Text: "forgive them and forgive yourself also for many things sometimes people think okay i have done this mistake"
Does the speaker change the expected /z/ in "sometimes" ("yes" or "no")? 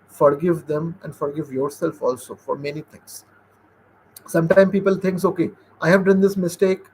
yes